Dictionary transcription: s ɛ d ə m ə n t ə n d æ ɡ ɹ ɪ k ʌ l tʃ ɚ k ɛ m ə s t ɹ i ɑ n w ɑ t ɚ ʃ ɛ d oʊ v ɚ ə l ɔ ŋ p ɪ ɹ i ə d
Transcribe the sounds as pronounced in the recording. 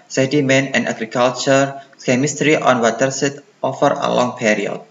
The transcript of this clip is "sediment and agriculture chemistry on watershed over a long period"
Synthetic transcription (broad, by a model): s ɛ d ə m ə n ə n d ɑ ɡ ɹ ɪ k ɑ l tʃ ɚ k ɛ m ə s t ɹ i ɑ n w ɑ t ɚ s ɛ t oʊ f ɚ ə l ɔ ŋ p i ɹ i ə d